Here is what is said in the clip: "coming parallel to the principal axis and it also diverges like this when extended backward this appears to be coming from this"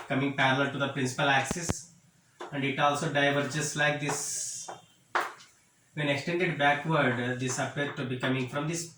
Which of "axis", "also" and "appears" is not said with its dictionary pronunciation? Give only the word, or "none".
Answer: appears